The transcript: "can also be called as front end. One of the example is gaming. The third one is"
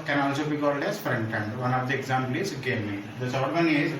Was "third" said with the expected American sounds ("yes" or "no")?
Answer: no